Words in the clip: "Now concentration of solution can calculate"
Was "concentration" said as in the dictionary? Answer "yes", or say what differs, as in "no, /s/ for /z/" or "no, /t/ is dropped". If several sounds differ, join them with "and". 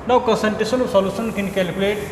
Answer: no, /ɹ/ is dropped and /s/ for /ʃ/